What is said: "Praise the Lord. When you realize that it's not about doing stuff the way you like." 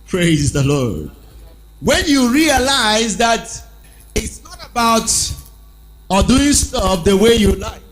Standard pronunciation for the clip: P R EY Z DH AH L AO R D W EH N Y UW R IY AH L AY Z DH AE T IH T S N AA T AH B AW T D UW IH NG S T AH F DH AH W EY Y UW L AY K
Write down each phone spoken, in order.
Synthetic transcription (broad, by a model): P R EY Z DH AH L AO R D W EH N Y UW R IY AH L AY Z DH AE T IH T S N AA T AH B AW T D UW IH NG S T AH F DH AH W EY Y UW L AY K